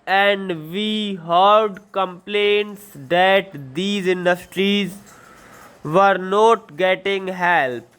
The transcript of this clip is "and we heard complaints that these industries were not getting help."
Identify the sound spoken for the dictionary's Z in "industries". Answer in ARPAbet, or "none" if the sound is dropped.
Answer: Z